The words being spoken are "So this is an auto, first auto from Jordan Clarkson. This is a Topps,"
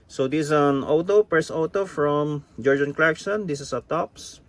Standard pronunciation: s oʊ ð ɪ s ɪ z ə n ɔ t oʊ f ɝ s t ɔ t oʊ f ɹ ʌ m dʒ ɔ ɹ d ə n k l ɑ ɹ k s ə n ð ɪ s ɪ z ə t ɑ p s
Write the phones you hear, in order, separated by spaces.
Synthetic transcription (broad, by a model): s oʊ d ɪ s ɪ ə n ɔ t oʊ p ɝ s ɔ t oʊ f ɹ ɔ m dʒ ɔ ɹ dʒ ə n k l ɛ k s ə n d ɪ s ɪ s ə t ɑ p s